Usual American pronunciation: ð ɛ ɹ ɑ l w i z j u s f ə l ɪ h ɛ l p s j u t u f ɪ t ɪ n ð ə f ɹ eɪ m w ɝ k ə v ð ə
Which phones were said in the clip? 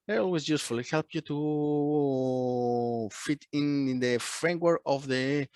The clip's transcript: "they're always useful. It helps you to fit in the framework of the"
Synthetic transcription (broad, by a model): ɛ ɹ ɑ l w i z j u s f ə l ɪ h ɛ l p j u t u f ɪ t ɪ n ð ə f ɹ eɪ m w ɝ k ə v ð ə